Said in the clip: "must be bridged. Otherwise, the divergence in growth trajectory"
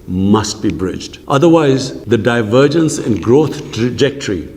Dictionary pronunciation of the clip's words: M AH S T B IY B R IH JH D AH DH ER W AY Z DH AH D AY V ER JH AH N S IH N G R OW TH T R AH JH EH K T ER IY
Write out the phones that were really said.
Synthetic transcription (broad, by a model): M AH S T B IY B R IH JH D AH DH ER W AY Z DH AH D AY V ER JH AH N S IH N G R OW T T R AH JH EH K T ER IY